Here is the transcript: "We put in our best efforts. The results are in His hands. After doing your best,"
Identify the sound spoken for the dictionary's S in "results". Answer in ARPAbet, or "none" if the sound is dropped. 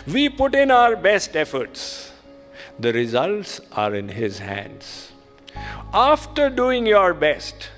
S